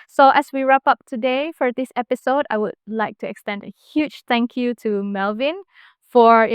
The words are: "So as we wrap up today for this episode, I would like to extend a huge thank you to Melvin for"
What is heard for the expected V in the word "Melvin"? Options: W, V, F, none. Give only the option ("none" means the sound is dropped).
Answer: V